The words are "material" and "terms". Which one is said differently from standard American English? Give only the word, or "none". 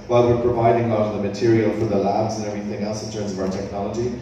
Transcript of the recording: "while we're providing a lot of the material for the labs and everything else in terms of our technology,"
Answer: none